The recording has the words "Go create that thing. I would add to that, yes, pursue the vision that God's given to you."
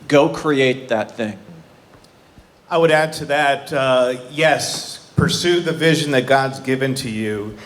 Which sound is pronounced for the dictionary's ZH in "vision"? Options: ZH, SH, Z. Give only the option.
ZH